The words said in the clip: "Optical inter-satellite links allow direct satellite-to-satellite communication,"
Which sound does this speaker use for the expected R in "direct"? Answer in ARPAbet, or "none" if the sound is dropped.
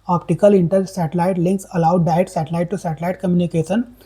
none